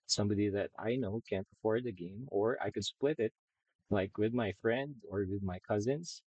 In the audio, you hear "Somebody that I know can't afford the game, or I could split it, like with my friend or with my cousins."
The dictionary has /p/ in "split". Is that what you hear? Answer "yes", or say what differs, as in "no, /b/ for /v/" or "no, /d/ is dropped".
yes